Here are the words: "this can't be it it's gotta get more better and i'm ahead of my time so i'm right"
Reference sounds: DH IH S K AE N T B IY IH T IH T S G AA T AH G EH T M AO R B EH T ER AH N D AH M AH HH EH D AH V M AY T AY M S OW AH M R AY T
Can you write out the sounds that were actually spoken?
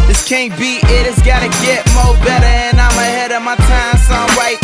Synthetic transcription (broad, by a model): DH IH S K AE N B IY IH T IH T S G AA T AH G EH T M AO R B EH T ER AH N AH M AH HH EH D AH M AY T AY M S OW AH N R AY T